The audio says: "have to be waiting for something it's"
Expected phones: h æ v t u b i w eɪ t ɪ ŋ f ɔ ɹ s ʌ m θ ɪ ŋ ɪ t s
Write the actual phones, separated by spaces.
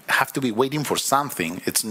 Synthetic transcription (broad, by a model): h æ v t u b i w eɪ t ɪ ŋ f ɔ ɹ s ʌ m θ ɪ ŋ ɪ t s